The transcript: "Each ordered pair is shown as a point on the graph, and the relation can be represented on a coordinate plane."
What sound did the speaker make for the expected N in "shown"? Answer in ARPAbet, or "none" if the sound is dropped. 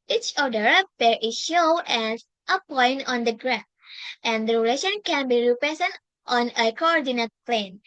none